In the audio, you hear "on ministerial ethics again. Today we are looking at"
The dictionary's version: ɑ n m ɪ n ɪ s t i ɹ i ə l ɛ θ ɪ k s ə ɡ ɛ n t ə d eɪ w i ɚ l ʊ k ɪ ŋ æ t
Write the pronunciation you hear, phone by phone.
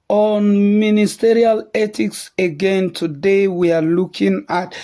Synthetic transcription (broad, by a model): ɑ n m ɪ n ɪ s t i ɹ i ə l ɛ t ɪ k s ə ɡ ɛ n t ə d eɪ w i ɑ l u k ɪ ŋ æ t